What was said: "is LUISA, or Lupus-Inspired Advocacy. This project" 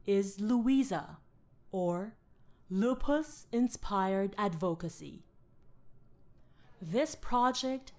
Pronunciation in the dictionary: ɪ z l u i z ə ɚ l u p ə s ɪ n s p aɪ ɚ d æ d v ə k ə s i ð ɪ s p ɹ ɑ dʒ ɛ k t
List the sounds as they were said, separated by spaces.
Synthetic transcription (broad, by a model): ɪ z l u i z ə ɚ l u p ə s ɪ n s p aɪ ɚ d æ d v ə k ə s i ð ɪ s p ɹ ɑ dʒ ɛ k t